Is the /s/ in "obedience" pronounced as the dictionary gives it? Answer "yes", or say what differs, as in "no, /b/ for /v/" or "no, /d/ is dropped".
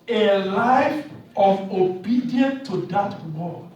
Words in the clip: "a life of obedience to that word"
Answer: no, /s/ is dropped